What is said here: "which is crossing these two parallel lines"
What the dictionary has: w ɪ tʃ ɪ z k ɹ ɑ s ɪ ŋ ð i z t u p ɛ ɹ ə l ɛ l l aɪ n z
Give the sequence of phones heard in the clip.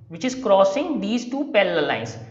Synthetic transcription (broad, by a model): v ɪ tʃ ɪ z k ɹ ɑ s ɪ ŋ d i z t u p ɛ l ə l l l aɪ n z